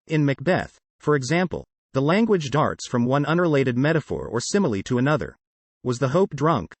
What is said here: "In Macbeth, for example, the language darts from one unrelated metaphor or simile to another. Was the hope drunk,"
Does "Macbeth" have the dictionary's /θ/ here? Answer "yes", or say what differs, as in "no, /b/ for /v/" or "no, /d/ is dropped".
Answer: yes